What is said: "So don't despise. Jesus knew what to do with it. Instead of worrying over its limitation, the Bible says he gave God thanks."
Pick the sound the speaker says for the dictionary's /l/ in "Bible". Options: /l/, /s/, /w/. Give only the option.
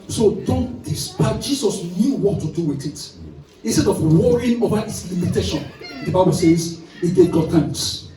/l/